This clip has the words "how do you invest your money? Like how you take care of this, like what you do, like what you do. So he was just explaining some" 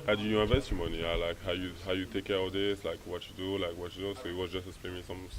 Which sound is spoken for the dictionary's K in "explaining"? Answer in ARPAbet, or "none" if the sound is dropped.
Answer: none